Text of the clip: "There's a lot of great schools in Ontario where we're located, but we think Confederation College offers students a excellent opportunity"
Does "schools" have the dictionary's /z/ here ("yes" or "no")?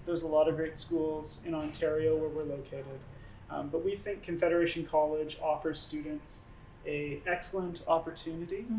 yes